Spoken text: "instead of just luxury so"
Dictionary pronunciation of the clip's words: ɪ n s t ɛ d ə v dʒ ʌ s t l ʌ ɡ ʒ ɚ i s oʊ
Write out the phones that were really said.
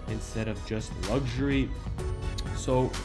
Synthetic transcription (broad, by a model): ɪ n s t ɛ d ə v dʒ ʌ s t l ʌ ɡ ʒ ɚ i s oʊ